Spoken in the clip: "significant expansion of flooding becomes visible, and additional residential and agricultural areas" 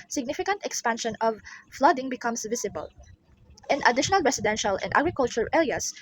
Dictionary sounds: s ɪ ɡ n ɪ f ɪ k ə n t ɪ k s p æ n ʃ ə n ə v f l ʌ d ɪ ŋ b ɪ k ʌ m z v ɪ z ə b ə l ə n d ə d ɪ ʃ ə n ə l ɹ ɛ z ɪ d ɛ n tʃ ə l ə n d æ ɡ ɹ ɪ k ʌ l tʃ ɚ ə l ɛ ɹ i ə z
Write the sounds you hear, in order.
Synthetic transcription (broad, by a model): s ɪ ɡ n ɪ f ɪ k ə n t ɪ k s p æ n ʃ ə n ə v f l ʌ d ɪ ŋ b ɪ k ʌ m s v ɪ s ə b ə l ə n ə d ɪ ʃ ə n ə l ɹ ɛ s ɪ d ɛ n ʃ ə l ə n d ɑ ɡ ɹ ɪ k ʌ l tʃ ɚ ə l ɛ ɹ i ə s